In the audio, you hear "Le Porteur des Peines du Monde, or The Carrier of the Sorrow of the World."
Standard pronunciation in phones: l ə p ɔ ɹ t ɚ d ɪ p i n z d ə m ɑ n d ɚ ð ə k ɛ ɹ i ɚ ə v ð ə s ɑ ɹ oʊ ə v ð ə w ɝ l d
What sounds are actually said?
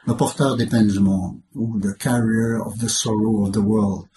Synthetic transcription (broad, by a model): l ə p ɔ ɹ t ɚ d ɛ p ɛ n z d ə m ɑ d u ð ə k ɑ ɹ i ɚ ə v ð ə s ɑ ɹ oʊ ə v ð ə w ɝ l d